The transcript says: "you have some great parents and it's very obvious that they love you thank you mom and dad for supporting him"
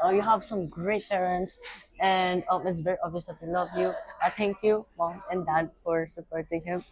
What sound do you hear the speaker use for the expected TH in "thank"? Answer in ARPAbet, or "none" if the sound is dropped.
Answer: T